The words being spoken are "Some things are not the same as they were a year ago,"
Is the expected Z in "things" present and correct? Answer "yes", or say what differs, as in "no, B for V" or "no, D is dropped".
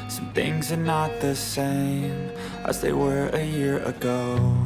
yes